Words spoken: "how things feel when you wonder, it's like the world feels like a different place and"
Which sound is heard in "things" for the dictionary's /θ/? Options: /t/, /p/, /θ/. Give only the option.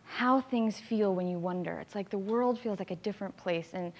/θ/